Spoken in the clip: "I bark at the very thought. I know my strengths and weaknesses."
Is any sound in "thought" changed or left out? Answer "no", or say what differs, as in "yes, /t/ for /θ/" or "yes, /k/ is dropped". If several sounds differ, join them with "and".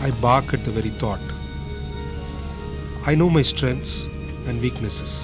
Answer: yes, /t/ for /θ/